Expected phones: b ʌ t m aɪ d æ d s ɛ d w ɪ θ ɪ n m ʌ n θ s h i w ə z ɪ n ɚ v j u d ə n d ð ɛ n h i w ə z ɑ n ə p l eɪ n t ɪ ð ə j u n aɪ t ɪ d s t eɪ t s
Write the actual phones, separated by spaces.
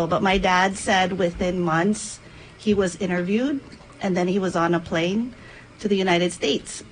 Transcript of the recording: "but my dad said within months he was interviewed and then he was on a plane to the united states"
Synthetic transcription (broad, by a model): b ʌ t m aɪ d æ d s ɛ d w ɪ θ ɪ n m ʌ n θ s h i w ə z ɪ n ɚ v j u d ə n ð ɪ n i w ə z n ə p l eɪ n t ɪ ð ə j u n aɪ t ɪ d s t eɪ t s